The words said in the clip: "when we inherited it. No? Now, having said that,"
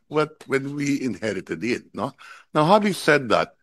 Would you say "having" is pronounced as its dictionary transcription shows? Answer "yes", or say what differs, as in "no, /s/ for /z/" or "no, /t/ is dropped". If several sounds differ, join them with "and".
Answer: no, /w/ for /v/